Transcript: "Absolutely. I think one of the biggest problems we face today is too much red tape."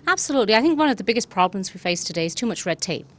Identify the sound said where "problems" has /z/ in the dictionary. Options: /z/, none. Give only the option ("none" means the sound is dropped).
/z/